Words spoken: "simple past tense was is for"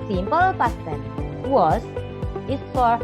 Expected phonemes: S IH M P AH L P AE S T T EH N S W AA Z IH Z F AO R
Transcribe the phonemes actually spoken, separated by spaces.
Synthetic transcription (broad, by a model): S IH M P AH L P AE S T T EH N W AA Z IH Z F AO R